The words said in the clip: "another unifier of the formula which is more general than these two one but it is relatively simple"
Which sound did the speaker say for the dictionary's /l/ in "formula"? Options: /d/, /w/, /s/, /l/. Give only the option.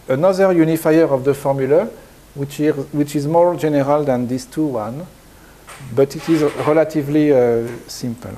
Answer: /w/